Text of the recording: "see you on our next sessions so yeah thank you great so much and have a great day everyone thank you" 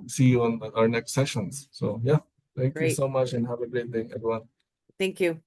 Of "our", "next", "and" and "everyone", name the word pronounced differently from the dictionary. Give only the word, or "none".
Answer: everyone